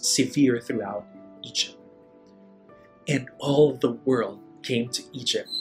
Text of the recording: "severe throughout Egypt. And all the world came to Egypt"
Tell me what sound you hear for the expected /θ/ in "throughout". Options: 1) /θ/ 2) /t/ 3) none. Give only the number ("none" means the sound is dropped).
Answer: 1